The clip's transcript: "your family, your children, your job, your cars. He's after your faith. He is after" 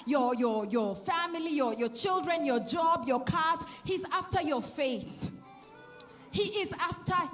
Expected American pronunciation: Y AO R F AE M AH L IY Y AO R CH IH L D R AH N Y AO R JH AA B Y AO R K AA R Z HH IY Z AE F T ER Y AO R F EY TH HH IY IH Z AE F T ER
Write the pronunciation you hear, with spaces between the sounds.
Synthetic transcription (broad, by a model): Y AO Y F AE M AH L IY Y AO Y CH IH L D R AH N Y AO JH AA B Y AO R K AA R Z HH IY Z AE F T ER Y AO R F EY TH HH IY IH Z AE F T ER